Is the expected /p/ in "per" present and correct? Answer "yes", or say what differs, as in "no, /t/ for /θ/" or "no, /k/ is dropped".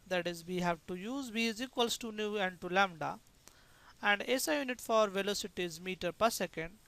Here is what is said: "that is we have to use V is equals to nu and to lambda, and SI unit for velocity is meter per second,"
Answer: yes